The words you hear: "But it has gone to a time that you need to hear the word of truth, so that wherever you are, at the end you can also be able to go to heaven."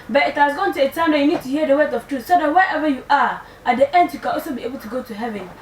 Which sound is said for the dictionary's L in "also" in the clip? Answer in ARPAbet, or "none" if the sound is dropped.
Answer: none